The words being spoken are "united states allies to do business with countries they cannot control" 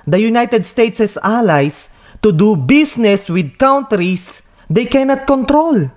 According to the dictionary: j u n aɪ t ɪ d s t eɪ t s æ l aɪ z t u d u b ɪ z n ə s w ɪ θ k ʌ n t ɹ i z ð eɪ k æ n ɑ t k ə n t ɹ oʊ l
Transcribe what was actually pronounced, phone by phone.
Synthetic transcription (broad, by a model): j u n aɪ t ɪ d s t eɪ t s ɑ l aɪ s t u d u b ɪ s n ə s w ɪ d k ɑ n t ɹ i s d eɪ k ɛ n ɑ t k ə n t ɹ oʊ l